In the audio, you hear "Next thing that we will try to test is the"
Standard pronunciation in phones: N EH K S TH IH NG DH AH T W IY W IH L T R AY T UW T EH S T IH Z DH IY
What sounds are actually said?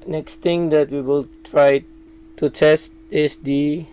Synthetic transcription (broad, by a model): N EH K S T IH NG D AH T W IY W IH L T R AY T UW T EH S T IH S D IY